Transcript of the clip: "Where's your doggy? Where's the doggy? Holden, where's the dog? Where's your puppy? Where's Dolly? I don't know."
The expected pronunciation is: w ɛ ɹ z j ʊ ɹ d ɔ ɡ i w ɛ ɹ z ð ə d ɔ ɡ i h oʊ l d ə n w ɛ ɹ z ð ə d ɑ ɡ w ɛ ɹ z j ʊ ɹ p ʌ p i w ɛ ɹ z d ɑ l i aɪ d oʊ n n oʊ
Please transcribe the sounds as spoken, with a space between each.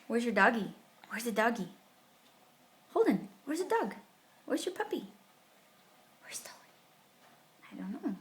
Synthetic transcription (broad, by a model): w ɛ ɹ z j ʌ ɹ d ɔ ɡ i w ɛ ɹ z ð ə d ɔ ɡ i h oʊ l d ə n w ɛ ɹ z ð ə d ɑ ɡ w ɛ ɹ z j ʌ ɹ p ʌ p i w ɛ ɹ z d ɑ i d oʊ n n oʊ